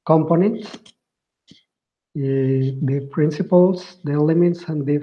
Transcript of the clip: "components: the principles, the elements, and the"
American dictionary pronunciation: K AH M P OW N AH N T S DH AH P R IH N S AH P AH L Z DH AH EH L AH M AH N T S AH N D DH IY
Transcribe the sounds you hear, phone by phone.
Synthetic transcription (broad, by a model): K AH M P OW N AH N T S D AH P R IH N S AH P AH L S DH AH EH L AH M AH T S AH N D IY